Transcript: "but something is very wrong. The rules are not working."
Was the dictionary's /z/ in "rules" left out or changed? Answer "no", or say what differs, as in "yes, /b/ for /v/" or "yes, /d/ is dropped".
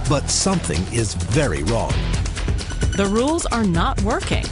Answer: no